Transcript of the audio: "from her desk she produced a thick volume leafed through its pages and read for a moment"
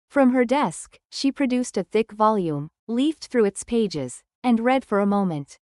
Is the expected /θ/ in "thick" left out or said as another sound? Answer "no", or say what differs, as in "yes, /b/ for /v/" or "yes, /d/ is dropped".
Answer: no